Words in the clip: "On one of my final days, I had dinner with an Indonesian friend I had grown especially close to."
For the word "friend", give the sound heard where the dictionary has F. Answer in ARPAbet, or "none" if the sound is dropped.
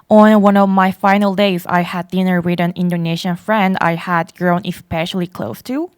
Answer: F